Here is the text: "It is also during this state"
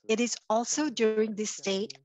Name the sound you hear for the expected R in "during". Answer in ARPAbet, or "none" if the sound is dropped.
R